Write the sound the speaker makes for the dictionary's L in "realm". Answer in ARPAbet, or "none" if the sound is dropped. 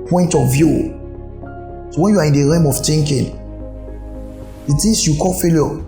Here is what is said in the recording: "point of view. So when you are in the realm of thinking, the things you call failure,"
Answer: none